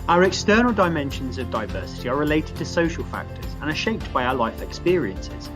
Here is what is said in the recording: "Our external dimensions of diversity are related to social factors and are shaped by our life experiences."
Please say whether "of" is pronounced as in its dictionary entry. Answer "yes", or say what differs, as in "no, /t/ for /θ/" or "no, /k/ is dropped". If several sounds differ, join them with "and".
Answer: yes